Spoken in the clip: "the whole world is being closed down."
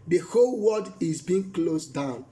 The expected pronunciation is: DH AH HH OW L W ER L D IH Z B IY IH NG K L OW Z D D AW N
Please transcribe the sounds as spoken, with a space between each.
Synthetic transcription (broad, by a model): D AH HH OW L W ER D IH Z B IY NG K L OW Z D D AW N